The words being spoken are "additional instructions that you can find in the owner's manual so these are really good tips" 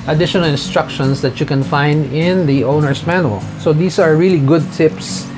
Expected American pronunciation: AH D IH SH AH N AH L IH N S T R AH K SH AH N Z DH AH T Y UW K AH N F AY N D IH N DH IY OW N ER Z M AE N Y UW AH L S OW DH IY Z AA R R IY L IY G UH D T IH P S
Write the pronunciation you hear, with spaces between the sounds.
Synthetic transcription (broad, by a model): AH D IH SH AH N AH L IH N S T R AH K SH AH N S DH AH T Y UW K AH N F AY N D IH N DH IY OW N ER S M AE N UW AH L S OW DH IY S AA R R IY L IY G UH D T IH P S